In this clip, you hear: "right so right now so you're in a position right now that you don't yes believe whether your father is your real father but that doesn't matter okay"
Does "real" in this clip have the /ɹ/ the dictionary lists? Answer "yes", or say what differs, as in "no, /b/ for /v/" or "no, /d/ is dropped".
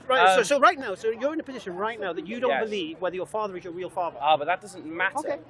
yes